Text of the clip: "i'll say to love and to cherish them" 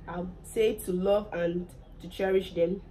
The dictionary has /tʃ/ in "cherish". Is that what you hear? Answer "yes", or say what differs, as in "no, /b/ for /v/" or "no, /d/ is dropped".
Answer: yes